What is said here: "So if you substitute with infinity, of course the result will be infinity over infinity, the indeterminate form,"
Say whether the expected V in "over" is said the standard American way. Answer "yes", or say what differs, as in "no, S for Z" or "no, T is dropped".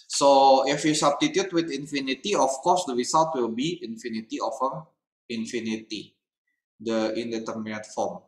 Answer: no, F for V